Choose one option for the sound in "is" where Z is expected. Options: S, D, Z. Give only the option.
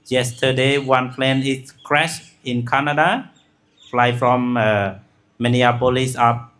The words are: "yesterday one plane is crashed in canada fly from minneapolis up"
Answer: S